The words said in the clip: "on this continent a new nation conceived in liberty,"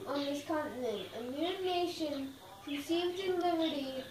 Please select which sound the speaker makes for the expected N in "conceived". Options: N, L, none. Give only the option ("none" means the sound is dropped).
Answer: none